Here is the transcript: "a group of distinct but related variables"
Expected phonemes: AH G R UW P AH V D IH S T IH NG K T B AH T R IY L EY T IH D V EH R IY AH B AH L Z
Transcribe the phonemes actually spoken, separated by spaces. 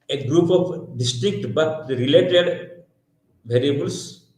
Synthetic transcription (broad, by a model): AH G R UW P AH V D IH S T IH K T B AH T R IY L EY T IH D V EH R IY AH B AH L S